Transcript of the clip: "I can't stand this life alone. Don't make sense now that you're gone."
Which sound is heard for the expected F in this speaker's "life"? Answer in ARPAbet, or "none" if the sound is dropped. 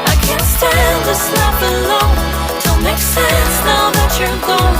P